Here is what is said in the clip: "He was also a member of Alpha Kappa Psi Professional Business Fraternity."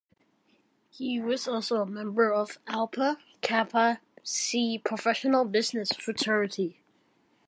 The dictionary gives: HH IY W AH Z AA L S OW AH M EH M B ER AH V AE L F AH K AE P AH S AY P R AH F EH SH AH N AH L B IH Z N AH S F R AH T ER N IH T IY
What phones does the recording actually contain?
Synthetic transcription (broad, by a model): HH IY W AH Z AA L S OW AH M EH M B ER AH V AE L P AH K AE P AH S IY P R AH F EH SH AH N AH L B IH Z N AH S F R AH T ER IH T IY